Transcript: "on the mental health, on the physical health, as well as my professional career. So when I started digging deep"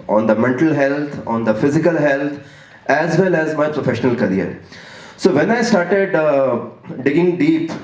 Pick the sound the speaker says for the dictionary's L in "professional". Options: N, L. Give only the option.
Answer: L